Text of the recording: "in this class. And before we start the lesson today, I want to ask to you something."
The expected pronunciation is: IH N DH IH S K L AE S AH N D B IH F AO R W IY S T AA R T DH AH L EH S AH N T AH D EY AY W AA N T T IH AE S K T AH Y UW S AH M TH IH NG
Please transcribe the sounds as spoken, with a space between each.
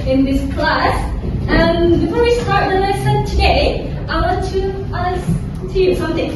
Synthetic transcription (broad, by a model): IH N DH IH S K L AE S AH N B IH F AO R W IY S T AA R T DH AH N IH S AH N T AH D EY AY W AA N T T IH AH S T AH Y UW S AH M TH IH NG